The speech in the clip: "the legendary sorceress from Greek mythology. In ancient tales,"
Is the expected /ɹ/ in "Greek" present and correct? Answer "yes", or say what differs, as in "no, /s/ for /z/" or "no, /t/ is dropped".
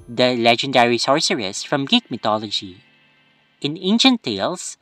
no, /ɹ/ is dropped